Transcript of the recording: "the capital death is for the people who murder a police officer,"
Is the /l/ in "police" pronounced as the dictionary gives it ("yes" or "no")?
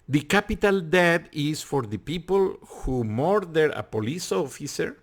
yes